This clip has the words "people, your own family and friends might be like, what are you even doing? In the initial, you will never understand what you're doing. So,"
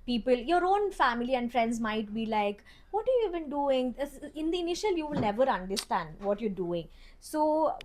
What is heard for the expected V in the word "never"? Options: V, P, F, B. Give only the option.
V